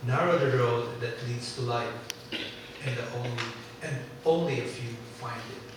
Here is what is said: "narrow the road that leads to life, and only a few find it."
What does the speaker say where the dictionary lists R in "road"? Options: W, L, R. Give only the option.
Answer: R